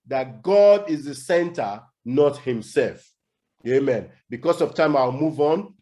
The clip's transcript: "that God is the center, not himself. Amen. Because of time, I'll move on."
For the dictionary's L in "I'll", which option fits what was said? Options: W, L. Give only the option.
W